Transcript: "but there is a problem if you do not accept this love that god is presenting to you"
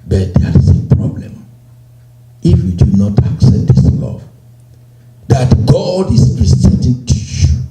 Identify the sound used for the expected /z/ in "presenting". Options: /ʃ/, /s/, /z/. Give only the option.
/s/